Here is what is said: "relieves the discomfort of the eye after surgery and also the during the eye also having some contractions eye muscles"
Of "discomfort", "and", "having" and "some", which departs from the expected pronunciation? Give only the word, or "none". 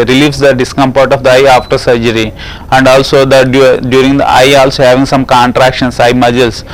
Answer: discomfort